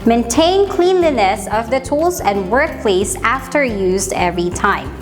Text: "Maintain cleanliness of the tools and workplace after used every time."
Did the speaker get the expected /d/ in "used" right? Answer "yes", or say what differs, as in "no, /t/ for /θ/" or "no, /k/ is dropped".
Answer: yes